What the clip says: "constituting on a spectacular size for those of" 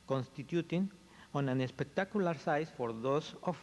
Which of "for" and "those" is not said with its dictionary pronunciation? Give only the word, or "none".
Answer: those